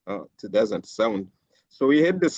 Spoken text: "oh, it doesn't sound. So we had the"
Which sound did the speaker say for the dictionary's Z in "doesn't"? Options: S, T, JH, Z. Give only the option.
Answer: Z